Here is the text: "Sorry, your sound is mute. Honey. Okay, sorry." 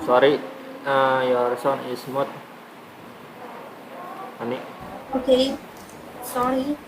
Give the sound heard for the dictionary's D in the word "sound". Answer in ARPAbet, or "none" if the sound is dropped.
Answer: none